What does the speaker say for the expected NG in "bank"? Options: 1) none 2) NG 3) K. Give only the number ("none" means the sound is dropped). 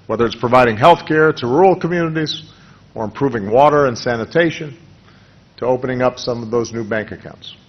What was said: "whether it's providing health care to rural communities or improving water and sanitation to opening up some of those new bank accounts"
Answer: 2